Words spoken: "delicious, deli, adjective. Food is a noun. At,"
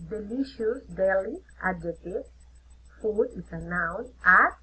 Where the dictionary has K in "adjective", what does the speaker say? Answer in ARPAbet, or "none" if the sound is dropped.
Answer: none